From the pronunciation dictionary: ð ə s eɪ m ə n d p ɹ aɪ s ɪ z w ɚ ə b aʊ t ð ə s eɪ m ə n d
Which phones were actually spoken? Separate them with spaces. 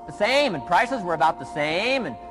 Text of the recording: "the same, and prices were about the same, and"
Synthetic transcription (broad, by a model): ð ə s eɪ m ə n p ɹ aɪ s ɪ z w ɚ ə b aʊ t ð ə s eɪ m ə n